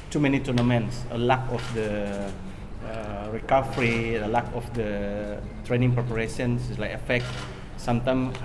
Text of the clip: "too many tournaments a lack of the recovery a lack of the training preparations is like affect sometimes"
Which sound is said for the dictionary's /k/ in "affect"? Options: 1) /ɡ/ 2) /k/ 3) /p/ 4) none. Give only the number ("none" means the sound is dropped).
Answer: 2